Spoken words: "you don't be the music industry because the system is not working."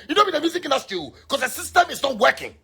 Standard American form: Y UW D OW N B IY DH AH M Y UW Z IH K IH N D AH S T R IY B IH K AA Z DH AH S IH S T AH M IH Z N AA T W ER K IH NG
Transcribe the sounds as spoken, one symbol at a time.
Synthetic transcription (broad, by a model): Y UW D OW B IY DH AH M Y UW Z IH K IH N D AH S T IY K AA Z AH S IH S T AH M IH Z N AA T W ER K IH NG